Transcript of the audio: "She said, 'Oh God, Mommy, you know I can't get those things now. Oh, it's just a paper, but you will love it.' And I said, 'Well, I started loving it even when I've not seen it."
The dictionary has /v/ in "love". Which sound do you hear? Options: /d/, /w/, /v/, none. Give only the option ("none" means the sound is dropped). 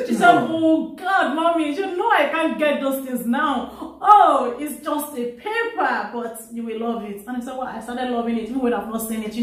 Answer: /v/